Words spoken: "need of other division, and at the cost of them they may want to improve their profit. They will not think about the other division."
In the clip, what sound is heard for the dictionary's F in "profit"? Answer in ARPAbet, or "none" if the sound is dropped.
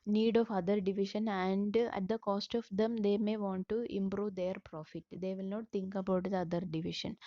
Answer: F